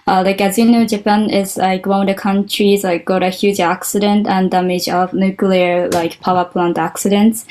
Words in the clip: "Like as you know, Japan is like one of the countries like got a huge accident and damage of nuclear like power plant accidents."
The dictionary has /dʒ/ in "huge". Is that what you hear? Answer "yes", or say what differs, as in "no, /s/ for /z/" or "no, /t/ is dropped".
yes